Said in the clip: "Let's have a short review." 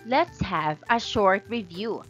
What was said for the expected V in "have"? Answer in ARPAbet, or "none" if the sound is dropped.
V